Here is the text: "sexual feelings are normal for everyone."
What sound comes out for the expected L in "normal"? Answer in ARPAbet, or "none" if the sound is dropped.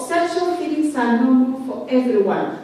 N